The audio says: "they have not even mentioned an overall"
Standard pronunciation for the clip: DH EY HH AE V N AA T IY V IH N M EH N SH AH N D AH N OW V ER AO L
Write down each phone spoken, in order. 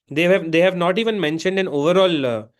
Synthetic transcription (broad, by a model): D EY HH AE V N AA T IY V IH N M EH N SH AH N D AH N OW V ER AO L